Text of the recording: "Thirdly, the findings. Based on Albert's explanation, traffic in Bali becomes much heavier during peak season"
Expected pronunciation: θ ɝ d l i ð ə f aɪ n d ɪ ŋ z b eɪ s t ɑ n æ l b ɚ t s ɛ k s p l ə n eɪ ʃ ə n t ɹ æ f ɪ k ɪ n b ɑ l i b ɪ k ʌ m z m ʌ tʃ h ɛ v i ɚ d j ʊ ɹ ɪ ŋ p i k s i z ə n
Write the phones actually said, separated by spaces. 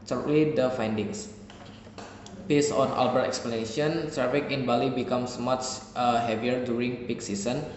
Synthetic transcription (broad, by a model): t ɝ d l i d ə f aɪ n d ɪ ŋ s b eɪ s ɑ n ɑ l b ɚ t ɛ k s p l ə n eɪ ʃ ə n s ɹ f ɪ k ɪ n b ɑ l i b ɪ k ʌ m s m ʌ tʃ h ɛ v i ɚ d j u ɹ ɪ ŋ p i k s i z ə n